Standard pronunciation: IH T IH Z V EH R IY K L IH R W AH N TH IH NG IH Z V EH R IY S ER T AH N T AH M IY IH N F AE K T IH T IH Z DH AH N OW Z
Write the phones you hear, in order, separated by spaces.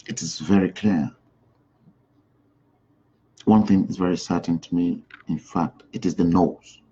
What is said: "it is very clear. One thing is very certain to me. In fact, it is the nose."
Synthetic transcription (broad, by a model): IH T IH Z V EH R IY K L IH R W AH N TH IH NG IH Z V EH R IY S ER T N T AH M IY IH N F AE K T IH T IH Z DH AH N OW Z